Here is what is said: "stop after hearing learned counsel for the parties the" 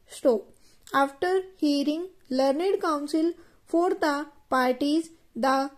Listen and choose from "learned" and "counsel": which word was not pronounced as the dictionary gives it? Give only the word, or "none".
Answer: none